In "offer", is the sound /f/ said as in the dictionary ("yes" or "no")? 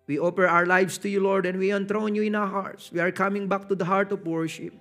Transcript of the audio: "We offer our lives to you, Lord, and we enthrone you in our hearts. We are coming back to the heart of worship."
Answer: no